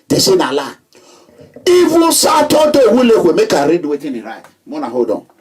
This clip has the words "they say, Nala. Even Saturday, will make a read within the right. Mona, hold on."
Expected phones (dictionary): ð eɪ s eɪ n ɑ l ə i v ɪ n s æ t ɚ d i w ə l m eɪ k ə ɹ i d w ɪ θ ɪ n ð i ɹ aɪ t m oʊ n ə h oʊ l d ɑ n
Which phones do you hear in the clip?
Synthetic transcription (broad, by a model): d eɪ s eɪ n ɑ l ə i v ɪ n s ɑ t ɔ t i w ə l m eɪ k ə ɹ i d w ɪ t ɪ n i ɹ aɪ t m oʊ n ə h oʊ d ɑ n